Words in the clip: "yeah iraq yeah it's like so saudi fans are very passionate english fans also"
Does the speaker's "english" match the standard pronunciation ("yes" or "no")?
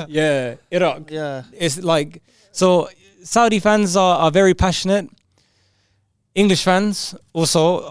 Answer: yes